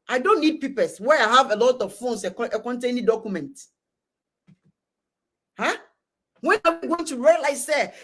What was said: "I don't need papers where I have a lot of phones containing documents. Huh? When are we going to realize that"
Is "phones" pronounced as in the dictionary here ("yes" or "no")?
no